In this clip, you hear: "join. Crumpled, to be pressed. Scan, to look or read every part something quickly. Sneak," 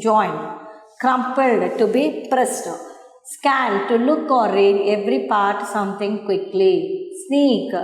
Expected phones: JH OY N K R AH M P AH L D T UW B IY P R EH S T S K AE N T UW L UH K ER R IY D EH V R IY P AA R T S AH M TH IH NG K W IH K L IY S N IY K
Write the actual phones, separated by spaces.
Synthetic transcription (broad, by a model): JH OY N K R AH M P AH L D T UW B IY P R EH S T S K AE N T UW L UH K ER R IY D EH V R IY P AA R T S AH M T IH NG K W IH K L IY S N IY K